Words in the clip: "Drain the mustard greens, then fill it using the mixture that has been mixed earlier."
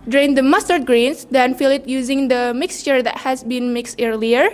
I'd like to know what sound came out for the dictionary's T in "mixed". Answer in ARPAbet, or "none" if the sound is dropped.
T